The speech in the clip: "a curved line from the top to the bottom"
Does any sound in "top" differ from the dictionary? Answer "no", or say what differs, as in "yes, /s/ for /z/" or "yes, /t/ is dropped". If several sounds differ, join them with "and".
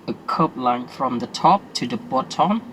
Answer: no